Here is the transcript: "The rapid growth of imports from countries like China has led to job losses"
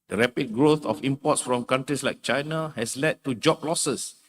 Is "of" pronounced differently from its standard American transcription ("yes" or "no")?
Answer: yes